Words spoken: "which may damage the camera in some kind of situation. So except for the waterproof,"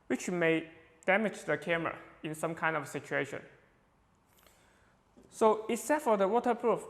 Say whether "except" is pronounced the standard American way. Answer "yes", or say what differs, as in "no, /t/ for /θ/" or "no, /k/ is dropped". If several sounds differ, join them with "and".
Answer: no, /p/ is dropped